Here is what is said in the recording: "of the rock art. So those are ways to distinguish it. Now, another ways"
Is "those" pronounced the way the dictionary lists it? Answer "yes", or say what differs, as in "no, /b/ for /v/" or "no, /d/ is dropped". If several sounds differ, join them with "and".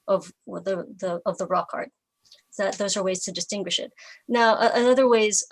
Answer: yes